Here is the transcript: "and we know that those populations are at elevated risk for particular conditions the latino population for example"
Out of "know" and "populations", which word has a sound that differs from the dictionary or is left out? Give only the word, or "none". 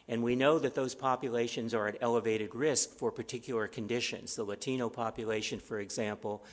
none